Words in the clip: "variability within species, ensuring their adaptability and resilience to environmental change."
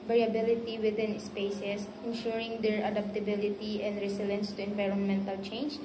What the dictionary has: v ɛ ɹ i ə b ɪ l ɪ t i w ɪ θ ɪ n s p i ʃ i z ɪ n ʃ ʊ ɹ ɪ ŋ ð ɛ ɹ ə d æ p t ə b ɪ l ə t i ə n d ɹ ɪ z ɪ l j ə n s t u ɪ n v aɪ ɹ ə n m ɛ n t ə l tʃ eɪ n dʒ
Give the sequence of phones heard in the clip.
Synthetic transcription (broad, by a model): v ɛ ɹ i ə b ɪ l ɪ t i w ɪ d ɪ n s p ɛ s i s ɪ n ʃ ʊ ɹ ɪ ŋ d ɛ ɹ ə d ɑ p t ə b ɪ l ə t i ə n d ɹ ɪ s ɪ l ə n s t u ɪ n v aɪ ɹ ə n m ɛ n t ə l tʃ eɪ n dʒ